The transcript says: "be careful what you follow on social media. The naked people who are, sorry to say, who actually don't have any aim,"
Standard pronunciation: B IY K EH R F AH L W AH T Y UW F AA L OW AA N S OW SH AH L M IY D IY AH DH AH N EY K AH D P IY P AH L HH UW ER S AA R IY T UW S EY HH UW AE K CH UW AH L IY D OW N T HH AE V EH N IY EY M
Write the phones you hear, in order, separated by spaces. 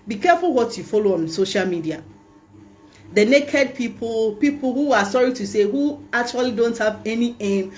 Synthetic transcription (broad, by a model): B IY K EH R F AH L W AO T Y UW F AA L OW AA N S OW SH AH L M IY D IY AH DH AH N EY K AH D P IY P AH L HH UW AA S AA R IY T UW S EY HH UW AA K CH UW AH L IY D OW N T HH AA V EH N IY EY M